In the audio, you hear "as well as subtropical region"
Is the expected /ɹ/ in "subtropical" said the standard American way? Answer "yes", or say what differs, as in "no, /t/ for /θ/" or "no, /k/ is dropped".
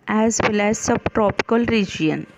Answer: yes